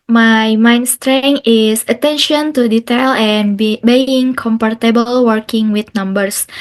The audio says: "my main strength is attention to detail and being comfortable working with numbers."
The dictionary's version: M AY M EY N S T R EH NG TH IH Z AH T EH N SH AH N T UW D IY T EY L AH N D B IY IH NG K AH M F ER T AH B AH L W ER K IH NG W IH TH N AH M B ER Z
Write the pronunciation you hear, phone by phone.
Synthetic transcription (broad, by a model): M AY M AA N S T R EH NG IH S AH T EH N SH AH N T UW D IY T EY L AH N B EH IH NG K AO M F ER T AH B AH L W ER K IH NG W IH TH N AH M B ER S